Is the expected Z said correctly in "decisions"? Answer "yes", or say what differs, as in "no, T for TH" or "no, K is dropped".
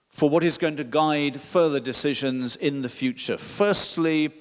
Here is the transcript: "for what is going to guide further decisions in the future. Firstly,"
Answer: yes